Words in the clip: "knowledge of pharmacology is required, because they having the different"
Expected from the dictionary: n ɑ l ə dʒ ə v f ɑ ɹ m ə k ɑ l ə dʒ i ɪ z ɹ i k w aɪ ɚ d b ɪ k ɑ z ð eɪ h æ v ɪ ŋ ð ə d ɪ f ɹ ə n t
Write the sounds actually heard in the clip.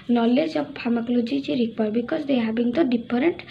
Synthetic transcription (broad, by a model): n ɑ l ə dʒ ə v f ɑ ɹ m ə k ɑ l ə dʒ i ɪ ɹ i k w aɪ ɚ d b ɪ k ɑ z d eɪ h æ b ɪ ŋ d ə d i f ɹ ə n t